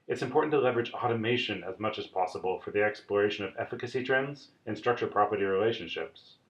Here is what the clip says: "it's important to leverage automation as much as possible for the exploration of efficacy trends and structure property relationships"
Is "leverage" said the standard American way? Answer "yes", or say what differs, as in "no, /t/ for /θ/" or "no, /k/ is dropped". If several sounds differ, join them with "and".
yes